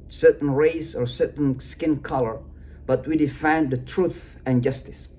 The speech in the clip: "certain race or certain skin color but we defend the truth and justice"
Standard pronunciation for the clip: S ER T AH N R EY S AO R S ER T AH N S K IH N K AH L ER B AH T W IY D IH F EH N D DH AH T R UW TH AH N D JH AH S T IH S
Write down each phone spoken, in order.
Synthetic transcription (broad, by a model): S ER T N R EY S AO R S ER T N S K IH N K AH L ER B AH T W IY D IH F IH N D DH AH T R UW TH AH N JH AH S T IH S